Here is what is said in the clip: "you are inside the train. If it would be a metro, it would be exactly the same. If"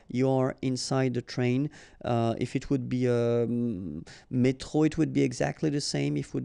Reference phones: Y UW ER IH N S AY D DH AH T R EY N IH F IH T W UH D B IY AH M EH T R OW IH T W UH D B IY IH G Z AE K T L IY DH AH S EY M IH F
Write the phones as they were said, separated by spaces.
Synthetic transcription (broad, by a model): Y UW ER IH N S AY D DH AH T R EY N IH F IH T W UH D B IY AH M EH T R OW IH T W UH D B IY IH G Z AE K T L IY DH AH S EY M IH F